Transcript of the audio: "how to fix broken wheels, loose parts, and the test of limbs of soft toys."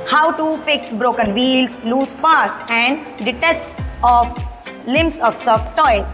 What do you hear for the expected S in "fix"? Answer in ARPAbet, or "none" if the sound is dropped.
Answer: none